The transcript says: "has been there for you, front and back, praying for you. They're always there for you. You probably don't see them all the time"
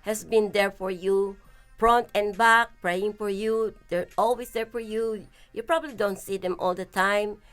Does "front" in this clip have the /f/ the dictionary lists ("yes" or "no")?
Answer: no